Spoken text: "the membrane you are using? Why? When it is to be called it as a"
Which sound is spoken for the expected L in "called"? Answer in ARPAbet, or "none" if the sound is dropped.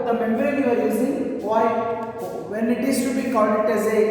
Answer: none